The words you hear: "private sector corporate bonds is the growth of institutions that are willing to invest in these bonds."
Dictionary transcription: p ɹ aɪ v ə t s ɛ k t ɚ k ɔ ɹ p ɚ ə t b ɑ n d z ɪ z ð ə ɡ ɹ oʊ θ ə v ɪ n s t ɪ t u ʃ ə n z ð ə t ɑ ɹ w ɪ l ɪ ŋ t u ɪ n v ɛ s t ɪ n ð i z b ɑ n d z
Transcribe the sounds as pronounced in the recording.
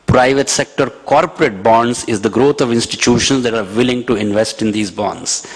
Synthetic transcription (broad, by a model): p ɹ aɪ v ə t s ɛ k t ɚ k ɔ ɹ p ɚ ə t b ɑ n d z ɪ z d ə ɡ ɹ oʊ t ə v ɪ n s t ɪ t u ʃ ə n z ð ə t ɑ ɹ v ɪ l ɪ ŋ t u ɪ n v ɛ s t ɪ n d i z b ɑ n d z